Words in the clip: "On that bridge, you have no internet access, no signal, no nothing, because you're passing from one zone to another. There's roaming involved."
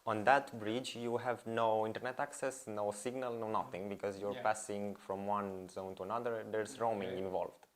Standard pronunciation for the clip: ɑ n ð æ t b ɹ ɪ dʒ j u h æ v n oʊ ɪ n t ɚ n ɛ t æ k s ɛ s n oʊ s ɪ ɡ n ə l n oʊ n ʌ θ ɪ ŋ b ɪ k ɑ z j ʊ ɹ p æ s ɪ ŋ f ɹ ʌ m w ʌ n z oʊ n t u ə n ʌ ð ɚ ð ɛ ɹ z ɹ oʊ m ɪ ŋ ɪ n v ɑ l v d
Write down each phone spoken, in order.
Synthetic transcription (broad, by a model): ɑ n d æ t b ɹ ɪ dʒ j u h æ v n oʊ ɪ n t ɚ n ɛ t æ k s ɛ s n oʊ s ɪ ɡ n ə l n oʊ n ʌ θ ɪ ŋ b ɪ k ɑ z j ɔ ɹ p æ s ɪ ŋ f ɹ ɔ m w ʌ n z oʊ n t u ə n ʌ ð ɚ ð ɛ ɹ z ɹ oʊ m ɪ ŋ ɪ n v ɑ l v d